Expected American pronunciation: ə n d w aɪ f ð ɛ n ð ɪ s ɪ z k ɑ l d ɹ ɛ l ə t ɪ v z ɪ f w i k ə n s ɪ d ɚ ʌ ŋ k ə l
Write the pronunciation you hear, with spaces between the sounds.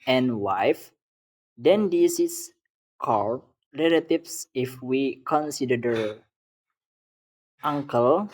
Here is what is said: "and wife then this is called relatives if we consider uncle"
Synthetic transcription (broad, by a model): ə n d w aɪ f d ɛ n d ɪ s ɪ s k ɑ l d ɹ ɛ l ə t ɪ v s ɪ f w i k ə n s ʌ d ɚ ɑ ŋ k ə l